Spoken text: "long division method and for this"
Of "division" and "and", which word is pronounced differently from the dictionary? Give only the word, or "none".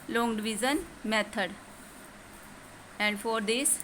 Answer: division